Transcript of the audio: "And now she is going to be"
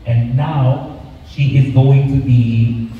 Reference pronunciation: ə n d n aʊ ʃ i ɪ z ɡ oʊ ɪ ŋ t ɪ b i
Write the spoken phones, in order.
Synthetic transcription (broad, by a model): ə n n aʊ ʃ i ɪ z ɡ oʊ ɪ ŋ t ɪ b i